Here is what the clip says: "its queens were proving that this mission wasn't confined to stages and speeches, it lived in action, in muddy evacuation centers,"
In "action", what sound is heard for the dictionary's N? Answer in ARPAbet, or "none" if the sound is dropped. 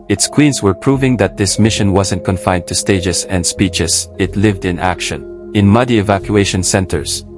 N